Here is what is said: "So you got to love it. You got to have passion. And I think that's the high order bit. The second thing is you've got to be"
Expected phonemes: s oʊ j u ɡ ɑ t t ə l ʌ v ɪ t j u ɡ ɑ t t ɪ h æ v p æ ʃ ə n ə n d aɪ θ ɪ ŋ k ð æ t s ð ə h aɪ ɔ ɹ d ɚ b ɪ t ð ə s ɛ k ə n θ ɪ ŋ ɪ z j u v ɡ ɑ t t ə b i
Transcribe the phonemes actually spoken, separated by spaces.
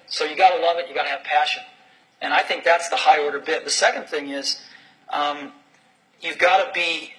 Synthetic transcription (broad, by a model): s oʊ j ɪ ɡ ɑ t t ə l ʌ v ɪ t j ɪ ɡ ɑ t t ɪ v p æ ʃ ə n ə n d aɪ θ ɪ ŋ k ð æ t s ð ə h aɪ ɔ ɹ d ɚ b ɪ t ð ə s ɛ k ə n θ ɪ ŋ ɪ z j u v ɡ ɑ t t ə b i